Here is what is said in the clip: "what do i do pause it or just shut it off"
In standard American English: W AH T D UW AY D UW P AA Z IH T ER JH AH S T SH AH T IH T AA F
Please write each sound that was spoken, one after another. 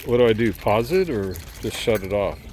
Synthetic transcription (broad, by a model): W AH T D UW AY D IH P AA Z IH T ER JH AH S T SH AH T IH T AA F